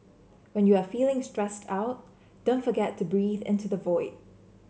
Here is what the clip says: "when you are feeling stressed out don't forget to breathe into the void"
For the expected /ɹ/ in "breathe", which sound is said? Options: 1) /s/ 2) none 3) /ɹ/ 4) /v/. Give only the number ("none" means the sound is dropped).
3